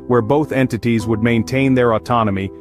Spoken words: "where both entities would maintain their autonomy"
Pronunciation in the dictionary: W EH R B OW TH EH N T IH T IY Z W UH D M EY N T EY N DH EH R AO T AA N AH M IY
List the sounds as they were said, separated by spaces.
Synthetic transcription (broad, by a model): W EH R B OW TH EH N T IH T IY Z W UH D M EY N T EY N DH EH R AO T AA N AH M IY